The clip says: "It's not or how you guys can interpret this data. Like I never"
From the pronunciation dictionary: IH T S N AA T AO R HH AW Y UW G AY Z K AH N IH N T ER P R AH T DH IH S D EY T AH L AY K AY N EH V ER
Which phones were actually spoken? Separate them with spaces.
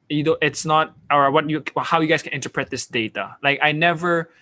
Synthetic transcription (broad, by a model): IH T S N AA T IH W HH AW Y UW G AY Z K AH N IH N T ER P R AH T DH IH S D EY T AH L AY K AY N EH V ER